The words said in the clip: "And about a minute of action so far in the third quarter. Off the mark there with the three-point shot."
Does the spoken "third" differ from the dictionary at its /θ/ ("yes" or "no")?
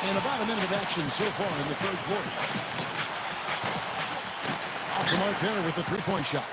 no